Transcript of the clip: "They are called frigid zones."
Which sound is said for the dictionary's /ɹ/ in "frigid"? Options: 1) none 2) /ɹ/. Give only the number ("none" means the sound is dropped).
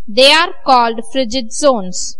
2